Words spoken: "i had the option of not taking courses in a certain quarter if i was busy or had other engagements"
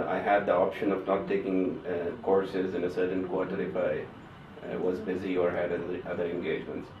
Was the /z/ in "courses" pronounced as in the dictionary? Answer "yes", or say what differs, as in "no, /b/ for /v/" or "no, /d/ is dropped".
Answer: yes